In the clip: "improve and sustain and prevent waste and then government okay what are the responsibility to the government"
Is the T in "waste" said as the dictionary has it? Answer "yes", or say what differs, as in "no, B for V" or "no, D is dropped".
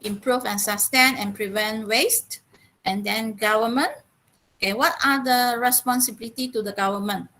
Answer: yes